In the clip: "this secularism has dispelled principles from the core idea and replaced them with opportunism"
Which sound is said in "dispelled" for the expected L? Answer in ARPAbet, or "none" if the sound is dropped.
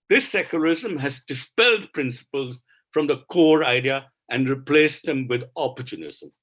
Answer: L